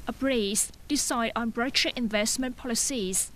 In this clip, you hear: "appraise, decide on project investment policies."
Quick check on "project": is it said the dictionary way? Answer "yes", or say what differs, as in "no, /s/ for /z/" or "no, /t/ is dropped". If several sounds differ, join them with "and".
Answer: no, /b/ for /p/ and /k/ is dropped